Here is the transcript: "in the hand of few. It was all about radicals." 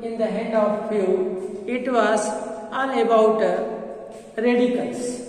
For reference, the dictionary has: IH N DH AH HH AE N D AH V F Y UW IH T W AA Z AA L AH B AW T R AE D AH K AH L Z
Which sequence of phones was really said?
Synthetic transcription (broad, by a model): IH N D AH HH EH D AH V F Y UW IH T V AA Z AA N AH B AW T R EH D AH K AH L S